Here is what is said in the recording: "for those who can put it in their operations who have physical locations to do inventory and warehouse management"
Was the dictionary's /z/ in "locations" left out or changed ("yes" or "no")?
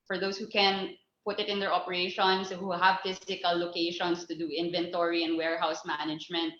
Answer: yes